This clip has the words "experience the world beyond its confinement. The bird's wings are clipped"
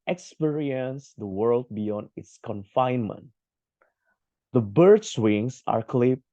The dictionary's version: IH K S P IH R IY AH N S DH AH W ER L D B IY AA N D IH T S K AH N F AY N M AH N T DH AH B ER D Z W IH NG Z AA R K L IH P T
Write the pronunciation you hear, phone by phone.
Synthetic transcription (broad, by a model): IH K S P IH R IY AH N S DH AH W ER L D B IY AA N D IH T S K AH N F AY N M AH N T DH AH B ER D S W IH NG S AA R K L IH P